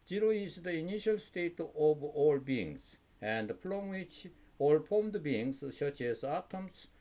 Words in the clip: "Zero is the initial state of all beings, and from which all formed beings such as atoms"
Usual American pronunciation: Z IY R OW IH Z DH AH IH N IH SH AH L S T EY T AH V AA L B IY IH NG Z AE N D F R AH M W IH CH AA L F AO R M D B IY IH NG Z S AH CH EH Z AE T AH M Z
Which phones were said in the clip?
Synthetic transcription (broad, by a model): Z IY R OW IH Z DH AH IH N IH SH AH L S T EY T AH V AA L B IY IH NG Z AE N D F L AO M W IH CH AA L P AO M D B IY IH NG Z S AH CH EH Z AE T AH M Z